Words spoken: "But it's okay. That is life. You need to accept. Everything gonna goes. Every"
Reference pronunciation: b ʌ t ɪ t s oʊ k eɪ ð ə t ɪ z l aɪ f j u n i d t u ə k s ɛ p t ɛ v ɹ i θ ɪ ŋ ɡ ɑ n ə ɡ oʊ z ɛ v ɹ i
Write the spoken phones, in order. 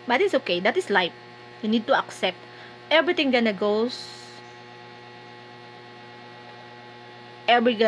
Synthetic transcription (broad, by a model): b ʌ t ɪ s oʊ k eɪ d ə t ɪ s l aɪ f j u n i d t u ə k s ɛ p t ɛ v ɹ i t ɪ ŋ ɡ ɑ n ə ɡ oʊ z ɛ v ɹ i